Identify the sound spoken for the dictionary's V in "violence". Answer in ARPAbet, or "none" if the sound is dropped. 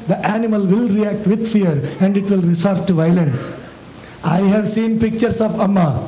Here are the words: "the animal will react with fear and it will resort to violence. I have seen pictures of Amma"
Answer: V